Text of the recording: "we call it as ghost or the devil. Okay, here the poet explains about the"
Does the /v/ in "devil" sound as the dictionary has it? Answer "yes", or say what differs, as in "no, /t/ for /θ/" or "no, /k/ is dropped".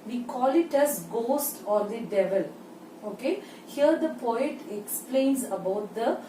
yes